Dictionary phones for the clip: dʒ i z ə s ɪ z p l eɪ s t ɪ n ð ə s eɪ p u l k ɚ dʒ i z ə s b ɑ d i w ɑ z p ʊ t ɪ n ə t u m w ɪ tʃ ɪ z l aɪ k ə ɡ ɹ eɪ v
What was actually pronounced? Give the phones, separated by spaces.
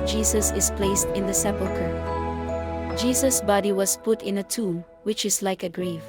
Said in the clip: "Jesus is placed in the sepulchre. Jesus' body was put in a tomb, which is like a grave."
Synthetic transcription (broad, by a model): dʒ i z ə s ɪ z p l eɪ s t ɪ n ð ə s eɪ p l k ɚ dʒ i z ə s b ɑ d i w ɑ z p ʊ t ɪ n ə t u m w ɪ tʃ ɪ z l aɪ k ə ɡ ɹ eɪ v